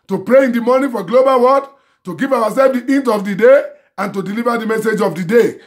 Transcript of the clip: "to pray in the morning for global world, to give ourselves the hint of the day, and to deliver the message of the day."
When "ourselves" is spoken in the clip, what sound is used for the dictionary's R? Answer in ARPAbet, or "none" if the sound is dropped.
W